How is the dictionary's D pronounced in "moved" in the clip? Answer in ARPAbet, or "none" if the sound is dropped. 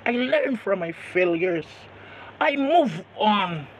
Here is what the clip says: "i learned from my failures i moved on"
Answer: none